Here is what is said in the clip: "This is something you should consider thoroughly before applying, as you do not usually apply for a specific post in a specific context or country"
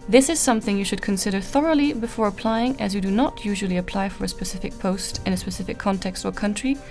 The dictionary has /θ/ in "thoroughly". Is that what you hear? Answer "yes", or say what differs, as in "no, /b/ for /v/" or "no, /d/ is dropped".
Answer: yes